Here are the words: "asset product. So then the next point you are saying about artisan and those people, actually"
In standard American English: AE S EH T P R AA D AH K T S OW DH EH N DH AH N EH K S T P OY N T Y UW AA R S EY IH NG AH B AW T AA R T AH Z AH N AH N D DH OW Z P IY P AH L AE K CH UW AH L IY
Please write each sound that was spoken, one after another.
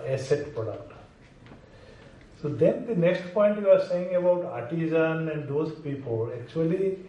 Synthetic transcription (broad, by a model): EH S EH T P AA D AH T S OW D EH N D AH N EH K S T P OY N T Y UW AA R S EY IH NG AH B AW T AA R T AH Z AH N AH N D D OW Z P IY P AH L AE K CH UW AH L IY